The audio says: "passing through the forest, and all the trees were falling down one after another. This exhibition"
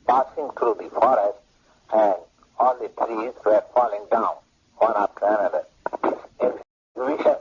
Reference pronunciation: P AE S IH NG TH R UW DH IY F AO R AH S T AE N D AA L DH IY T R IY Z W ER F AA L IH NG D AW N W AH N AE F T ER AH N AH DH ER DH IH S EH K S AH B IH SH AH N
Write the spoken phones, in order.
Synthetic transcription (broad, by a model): P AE S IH NG T R UW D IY F AO R AH S T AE N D AA L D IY T R IY Z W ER F AA L IH NG D AW N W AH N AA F T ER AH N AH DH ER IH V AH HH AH